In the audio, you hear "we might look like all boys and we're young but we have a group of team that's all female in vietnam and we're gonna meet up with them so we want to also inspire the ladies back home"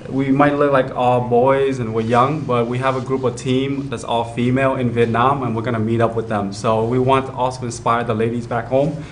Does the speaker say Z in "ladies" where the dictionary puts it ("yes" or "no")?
yes